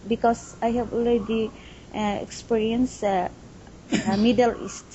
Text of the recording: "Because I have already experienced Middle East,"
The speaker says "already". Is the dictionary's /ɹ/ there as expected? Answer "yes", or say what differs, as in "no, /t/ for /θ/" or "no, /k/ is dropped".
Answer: no, /l/ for /ɹ/